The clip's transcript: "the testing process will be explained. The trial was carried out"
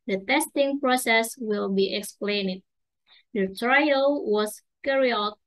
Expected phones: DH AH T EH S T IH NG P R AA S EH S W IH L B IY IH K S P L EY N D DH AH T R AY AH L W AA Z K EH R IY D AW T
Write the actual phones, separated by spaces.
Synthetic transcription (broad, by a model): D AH T EH S T IH NG P R AA S EH S W IH L B IY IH K S P L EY N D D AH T R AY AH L W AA S K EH R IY AO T